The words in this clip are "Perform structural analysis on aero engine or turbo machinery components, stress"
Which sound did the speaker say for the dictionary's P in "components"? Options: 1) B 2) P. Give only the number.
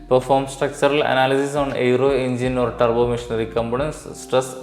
1